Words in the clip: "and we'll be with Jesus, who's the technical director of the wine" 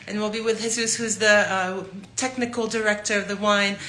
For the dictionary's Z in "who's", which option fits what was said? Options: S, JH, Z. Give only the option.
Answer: Z